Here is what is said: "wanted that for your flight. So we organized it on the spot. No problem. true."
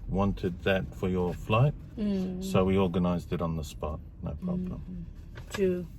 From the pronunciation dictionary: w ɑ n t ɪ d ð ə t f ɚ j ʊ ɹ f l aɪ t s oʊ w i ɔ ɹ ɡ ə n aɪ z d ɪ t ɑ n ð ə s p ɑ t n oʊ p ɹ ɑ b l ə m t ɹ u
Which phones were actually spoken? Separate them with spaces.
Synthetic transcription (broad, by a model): w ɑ n t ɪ d ð ə t f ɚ j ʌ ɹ f l aɪ t s oʊ w i ɔ ɹ ɡ ə n aɪ z d ɪ t n ð ə s p ɑ t n oʊ p ɹ ɑ b l ə m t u